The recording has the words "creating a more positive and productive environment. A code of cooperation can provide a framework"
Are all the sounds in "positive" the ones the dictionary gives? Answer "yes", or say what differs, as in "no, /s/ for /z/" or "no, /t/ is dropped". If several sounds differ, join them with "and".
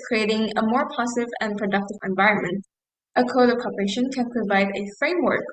no, /s/ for /t/